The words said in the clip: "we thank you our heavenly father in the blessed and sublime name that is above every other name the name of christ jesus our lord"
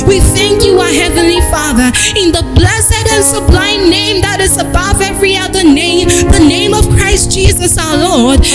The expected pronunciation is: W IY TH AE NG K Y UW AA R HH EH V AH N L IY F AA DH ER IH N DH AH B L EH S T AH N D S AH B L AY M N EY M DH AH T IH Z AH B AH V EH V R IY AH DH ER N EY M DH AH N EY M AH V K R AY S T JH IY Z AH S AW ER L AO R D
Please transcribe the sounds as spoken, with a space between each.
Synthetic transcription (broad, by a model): W IY TH AE NG K Y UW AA HH EH V AH N L IY F AA DH ER IH N DH AH B L EH S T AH N S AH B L AY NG N EY M DH AH T IH Z AH B AH V EH V R IY AH DH ER N EY M DH AH N EY M AH V K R AY S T JH IY Z AH S AW ER L AO R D